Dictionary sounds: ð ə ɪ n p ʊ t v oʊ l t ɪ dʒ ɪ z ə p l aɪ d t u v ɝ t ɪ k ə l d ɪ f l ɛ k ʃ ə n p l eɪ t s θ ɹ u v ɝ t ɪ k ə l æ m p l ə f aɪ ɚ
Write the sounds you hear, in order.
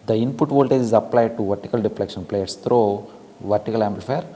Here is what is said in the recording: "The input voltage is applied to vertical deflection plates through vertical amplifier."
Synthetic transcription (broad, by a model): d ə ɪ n p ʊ t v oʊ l t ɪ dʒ ɪ z ə p l aɪ d t u v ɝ t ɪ k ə l d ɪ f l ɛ k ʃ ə n p l eɪ t s t ɹ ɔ v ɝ t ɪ k ə l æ m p l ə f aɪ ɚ